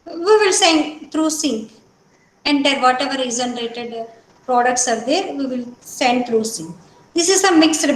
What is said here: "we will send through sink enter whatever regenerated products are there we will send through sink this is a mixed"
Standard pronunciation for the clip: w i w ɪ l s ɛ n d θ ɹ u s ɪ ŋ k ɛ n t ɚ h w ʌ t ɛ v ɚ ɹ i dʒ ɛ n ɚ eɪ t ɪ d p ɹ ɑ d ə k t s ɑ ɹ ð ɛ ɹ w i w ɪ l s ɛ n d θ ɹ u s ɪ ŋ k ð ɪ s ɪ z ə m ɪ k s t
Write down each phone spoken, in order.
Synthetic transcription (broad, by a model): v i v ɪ l s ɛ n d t ɹ u s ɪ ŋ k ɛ n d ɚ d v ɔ t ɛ v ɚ ɹ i z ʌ n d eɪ t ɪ d p ɹ ɑ d ə k t s ɑ ɹ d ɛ ɹ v i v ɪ l s ɛ n d t ɹ u s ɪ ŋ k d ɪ s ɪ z ə m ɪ k s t